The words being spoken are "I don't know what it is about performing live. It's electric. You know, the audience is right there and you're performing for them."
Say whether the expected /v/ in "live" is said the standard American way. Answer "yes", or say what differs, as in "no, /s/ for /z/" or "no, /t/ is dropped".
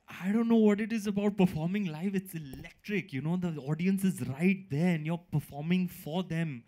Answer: no, /f/ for /v/